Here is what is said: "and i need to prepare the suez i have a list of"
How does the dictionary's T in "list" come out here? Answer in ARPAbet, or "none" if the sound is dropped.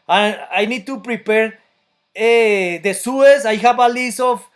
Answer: none